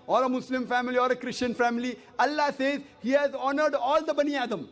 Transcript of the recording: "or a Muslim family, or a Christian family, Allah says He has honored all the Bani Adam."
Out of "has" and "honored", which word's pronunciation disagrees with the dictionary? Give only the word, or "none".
none